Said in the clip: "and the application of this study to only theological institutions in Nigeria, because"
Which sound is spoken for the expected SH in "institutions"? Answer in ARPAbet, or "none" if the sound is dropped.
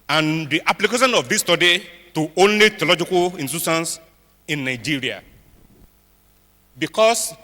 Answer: S